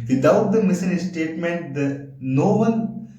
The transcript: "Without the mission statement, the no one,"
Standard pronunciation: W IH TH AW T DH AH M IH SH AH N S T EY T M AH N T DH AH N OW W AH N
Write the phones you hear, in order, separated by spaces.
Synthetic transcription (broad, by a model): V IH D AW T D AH M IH S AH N S T EY T M AH N T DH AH N OW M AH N